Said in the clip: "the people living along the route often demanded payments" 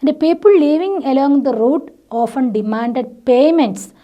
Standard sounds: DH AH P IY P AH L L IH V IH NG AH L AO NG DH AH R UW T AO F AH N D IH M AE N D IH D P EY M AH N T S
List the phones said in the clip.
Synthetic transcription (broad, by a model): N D P IY P AH L L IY V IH NG AH L AO NG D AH R UW T AO F AH N D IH M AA N D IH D P EY M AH N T S